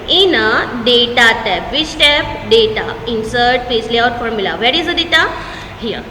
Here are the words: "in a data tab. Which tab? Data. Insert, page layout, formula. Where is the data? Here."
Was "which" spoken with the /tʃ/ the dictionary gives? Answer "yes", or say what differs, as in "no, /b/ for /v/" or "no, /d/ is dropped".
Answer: no, /s/ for /tʃ/